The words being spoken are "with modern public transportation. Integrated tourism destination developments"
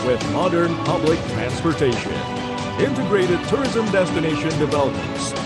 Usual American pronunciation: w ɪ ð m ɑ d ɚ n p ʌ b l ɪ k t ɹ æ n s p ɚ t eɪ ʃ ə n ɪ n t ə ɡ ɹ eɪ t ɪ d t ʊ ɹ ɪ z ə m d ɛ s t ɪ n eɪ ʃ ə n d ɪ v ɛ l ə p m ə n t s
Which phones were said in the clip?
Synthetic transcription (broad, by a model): w ɪ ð m ɑ d ɚ n p ʌ b l ɪ k t ɹ æ n s p ɚ t eɪ ʃ ə n ɪ n t ə ɡ ɹ eɪ t ɪ d t ʊ ɹ ɪ z ə m d ɛ s t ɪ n eɪ ʃ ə n d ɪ v ɛ l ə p m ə n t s